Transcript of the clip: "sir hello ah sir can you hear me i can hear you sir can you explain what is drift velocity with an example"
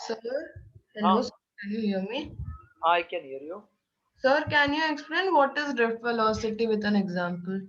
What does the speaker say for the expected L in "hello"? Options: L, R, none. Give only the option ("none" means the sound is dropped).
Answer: none